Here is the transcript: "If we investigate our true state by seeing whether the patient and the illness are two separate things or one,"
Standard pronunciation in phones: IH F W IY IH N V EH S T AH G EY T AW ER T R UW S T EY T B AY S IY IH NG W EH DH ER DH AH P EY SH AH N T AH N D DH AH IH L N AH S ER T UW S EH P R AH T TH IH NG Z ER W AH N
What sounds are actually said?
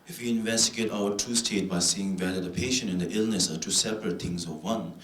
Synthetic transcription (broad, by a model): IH F W IY IH N V EH S T AH G EY T AW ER T UW S T EY T B AY S IY IH NG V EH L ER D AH P EY SH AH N AH N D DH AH IH L N AH S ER T UW S EH P R AH T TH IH NG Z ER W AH N